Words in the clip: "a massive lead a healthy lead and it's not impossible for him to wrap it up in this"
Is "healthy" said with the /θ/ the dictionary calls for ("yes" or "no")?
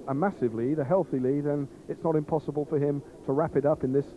yes